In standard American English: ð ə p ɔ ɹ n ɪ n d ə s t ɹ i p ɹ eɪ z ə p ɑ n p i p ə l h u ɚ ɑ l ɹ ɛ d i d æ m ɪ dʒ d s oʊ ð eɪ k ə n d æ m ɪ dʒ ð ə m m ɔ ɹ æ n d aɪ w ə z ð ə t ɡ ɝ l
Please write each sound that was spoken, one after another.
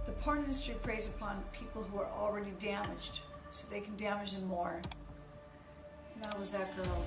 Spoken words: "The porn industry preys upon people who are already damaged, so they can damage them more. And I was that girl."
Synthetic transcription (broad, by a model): ð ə p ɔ ɹ ɪ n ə s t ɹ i p ɹ eɪ z ə p ɑ n p i p l h u ɚ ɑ l ɹ ɛ d i d æ m ɪ dʒ d s oʊ ð eɪ k n d æ m ɪ dʒ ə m m ɔ ɹ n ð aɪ w ə z ð ə t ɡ ɝ l